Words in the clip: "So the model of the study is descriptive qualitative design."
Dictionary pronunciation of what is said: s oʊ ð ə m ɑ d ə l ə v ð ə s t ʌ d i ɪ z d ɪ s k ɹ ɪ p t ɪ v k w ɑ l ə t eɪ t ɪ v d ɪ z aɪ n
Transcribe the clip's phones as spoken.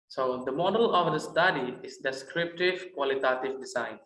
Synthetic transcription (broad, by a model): s oʊ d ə m ɑ d ə l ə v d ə s t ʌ d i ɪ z d ɪ s k ɹ ɪ p t ɪ v k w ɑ l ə t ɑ t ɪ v d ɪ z aɪ n